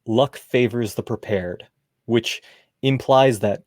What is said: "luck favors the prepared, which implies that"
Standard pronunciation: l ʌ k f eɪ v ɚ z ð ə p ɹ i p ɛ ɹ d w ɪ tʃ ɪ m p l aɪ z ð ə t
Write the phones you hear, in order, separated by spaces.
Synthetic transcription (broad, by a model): l ʌ k f eɪ v ɚ z ð ə p ɹ i p ɛ ɹ d w ɪ tʃ ɪ m p l aɪ z ð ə t